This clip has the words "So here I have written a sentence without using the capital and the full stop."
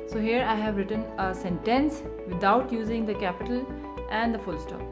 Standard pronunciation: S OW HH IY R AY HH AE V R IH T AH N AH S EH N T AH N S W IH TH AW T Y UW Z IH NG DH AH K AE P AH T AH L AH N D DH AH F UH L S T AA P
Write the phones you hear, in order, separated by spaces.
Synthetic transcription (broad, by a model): S OW HH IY R AY HH AE V R IH T AH N AH S EH N T AH N S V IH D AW T Y UW Z IH NG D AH K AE P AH T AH L AH N D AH F UH L S T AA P